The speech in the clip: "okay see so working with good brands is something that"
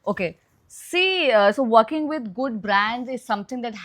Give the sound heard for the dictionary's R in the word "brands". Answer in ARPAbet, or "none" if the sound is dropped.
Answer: R